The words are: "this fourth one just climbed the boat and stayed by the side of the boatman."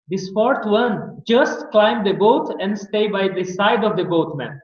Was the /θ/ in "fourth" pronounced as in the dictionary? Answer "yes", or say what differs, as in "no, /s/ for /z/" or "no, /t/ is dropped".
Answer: no, /t/ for /θ/